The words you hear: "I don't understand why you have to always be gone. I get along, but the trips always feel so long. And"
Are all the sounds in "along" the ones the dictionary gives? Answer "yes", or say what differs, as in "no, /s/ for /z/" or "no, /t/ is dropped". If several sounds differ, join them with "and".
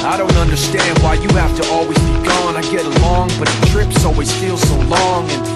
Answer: yes